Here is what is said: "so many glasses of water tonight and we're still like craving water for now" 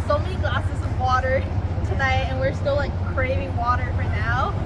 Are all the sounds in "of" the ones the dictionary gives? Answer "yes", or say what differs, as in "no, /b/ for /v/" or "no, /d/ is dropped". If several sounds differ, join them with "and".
yes